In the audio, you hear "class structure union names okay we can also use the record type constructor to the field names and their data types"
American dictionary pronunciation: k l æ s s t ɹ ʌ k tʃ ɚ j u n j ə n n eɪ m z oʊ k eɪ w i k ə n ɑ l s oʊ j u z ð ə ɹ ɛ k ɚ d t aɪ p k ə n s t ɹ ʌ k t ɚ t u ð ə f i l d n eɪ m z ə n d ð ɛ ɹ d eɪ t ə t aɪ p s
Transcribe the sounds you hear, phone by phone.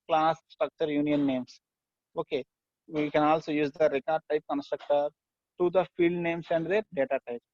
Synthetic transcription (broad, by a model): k l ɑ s s t ɹ ʌ k tʃ ɚ j u n j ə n n eɪ m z oʊ k eɪ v i k ə n ɑ l s oʊ j u z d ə ɹ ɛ k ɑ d t aɪ p k ə n s t ɹ ʌ k t ɚ t u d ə f i l d n eɪ m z ə n d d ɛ ɹ d eɪ t ə t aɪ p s